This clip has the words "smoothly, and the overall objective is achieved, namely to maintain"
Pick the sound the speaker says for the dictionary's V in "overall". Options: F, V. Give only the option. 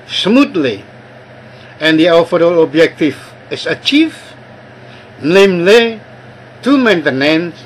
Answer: F